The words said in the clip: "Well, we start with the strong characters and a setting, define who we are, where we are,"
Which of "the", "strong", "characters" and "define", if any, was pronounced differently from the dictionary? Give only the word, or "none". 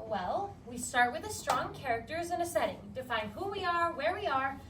none